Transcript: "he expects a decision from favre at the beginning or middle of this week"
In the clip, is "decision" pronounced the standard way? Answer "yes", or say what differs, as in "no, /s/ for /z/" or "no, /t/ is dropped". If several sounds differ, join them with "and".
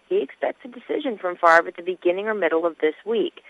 yes